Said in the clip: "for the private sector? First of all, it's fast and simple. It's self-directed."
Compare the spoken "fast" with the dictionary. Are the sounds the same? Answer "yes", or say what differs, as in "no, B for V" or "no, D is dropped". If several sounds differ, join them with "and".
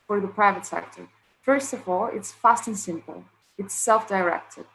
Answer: yes